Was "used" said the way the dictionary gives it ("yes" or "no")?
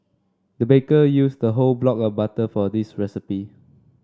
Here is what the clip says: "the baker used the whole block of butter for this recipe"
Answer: no